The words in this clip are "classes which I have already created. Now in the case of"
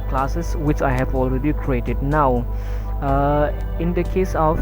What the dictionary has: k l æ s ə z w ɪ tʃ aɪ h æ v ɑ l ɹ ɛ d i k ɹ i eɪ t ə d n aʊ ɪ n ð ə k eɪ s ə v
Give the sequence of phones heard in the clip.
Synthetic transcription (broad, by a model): k l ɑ s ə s w ɪ tʃ aɪ h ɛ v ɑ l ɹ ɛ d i k ɹ i eɪ t ə d n aʊ ɪ n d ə k eɪ s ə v